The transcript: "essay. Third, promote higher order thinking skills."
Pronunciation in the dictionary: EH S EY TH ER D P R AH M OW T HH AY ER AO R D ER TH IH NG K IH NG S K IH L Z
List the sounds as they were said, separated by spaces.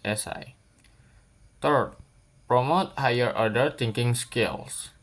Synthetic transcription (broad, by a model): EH S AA T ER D P R AH M OW T HH AY ER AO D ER T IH NG K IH NG S K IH L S